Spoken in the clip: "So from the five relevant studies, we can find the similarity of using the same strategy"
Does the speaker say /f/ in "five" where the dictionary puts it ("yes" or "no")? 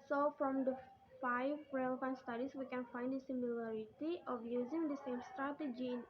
yes